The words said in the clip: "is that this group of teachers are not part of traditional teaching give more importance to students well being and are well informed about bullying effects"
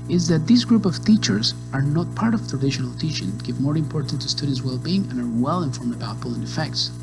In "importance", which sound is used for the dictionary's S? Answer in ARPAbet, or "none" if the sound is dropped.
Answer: none